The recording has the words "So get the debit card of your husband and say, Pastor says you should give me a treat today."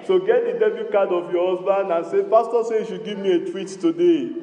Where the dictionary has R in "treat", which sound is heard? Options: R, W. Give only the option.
W